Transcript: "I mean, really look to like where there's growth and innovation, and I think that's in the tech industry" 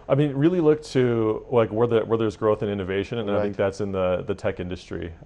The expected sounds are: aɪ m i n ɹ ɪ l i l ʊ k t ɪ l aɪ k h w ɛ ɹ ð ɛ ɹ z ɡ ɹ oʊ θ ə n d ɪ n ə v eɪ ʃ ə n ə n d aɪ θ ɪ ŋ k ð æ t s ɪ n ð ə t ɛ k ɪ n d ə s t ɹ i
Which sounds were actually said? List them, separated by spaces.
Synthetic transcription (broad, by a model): aɪ m i n ɹ ɪ l i l ʊ k t ɪ l aɪ k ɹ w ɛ ɹ ð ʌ ɹ z ɡ ɹ oʊ θ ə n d ɪ n ə v eɪ ʃ ə n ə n aɪ θ ɪ ŋ k ð æ t s ɪ n ð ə t ɛ k ɪ n d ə s t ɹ i